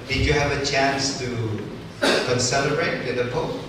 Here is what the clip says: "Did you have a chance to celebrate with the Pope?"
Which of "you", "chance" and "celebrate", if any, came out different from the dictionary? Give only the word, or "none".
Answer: celebrate